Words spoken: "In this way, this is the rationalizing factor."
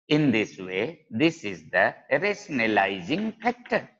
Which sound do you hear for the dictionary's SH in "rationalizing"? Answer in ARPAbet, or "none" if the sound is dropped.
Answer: S